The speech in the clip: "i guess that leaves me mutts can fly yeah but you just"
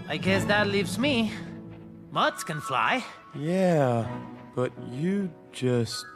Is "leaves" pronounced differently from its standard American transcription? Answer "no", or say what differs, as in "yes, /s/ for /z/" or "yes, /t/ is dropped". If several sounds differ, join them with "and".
no